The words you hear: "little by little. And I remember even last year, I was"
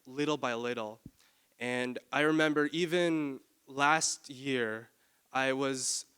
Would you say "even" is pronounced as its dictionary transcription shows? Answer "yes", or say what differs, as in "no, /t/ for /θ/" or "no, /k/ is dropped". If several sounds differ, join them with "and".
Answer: yes